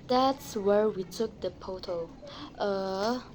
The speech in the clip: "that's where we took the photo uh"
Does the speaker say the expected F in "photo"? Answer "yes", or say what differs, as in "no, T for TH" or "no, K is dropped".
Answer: no, P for F